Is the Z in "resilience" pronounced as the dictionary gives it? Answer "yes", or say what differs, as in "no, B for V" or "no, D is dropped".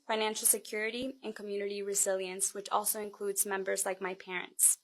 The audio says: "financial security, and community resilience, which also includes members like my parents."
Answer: yes